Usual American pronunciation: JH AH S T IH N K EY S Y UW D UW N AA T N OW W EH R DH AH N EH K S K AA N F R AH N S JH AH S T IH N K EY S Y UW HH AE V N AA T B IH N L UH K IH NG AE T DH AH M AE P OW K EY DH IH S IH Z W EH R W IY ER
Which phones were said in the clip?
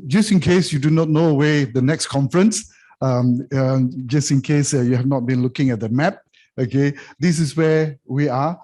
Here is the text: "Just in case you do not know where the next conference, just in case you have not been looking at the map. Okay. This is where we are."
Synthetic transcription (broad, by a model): JH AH S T IH N K EY S Y UW D UW N AA T N OW W EH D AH N EH K S K AA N F R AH N S JH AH S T IH N K EY S Y UW HH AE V N AA T B IH N L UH K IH NG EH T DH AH M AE P OW K EY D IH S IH S W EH W IY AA